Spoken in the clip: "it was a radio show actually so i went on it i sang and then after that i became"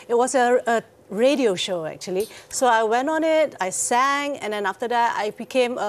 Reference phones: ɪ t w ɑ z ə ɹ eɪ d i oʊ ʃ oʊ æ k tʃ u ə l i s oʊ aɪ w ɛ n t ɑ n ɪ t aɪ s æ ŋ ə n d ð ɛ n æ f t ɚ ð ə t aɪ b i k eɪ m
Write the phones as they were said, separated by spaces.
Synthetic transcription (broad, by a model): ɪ t w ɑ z ə ɹ eɪ d i oʊ ʃ oʊ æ k tʃ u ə l i s oʊ aɪ w ɛ n t ɑ n ɪ t aɪ s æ ŋ ə n d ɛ n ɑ f t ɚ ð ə t aɪ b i k eɪ m